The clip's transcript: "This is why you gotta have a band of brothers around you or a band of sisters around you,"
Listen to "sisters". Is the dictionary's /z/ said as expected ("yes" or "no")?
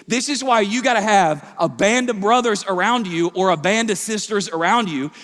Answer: yes